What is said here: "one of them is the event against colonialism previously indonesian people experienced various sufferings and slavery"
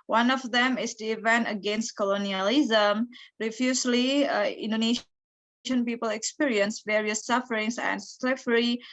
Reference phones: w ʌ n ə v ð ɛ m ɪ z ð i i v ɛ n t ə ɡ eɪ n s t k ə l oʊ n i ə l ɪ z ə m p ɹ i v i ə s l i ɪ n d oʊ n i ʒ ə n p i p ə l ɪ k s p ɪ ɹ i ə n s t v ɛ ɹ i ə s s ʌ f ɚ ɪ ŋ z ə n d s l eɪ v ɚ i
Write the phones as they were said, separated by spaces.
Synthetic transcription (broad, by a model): w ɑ n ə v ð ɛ m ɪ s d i i v ɛ n t ə ɡ eɪ n s t k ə l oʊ n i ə l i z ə m ɹ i f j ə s l i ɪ n d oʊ n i ʃ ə n p i p ə l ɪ k s p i ɹ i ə n s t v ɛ ɹ i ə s s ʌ f ɚ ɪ ŋ s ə n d s l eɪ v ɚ i